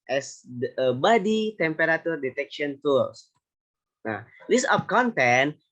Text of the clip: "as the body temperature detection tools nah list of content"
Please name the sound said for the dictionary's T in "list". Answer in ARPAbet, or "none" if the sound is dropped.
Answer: none